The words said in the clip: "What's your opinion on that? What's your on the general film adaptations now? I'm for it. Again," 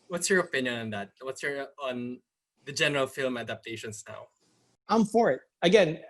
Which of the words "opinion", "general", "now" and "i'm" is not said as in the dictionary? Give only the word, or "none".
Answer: none